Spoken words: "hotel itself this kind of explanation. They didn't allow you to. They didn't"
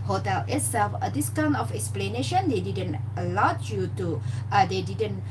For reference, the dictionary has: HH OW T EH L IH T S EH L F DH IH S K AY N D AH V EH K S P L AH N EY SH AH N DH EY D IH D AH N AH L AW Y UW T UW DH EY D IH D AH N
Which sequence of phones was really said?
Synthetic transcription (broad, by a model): HH OW T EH L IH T S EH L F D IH S K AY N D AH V EH K S P L AH N EY SH AH N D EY D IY D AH N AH L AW Y UW T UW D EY D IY D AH N